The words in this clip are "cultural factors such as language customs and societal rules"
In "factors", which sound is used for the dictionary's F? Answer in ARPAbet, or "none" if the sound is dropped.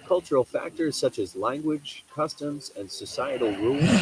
F